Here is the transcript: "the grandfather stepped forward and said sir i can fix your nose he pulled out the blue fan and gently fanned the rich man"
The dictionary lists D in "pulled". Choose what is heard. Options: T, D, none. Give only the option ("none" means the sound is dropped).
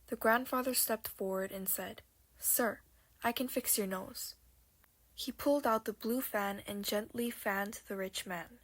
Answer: D